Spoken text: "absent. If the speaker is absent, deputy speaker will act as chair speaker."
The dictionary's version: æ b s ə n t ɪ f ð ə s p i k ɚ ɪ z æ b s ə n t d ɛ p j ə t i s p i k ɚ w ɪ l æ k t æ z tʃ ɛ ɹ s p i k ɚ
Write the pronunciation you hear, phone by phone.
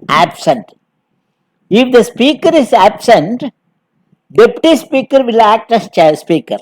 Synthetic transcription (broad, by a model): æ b s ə n t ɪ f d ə s p i k ɚ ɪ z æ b s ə n t d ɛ p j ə t i s p i k ɚ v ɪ l æ k t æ s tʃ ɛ s p i k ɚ